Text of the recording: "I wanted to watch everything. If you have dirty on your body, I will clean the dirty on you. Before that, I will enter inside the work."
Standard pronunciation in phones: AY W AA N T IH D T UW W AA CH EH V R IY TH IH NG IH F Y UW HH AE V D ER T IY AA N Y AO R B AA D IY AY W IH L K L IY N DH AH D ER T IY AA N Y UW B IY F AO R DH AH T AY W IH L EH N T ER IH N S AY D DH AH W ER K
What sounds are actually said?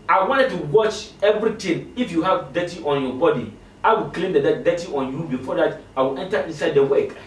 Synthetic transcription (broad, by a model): AY W AA N T IH D T UW W AA CH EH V R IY T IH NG IH F Y UW HH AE V D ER T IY AA N Y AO B AA D IY AY W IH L K L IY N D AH D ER T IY AA N Y UW B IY F AO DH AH T AY W IH L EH N T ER IH N S AY D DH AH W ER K